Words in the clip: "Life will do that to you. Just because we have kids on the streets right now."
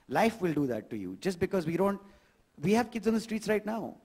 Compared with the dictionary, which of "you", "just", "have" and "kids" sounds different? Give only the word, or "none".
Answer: none